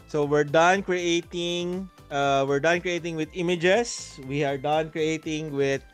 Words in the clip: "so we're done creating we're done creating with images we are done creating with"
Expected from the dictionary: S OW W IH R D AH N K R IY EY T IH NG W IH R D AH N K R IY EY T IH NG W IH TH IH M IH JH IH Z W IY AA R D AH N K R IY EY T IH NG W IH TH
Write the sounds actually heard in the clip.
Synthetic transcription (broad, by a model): S OW W IH R D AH N K R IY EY T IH NG W IH R D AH N K R IY EY T IH NG W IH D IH M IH JH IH S W IY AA R D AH N K R IY EY T IH NG W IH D